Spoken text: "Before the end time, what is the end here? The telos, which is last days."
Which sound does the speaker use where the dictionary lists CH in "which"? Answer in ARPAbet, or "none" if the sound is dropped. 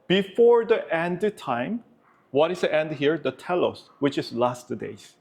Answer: CH